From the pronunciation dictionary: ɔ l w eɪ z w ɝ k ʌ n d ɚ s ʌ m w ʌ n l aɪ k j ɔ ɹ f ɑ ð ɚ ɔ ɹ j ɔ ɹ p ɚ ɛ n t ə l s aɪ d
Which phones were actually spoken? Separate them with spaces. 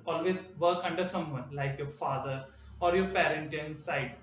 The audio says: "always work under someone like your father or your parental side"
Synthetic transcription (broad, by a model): ɔ l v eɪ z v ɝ k ʌ n d ɚ s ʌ m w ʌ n l aɪ k j ɔ ɹ f ɑ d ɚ ɔ ɹ j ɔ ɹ p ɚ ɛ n t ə n s aɪ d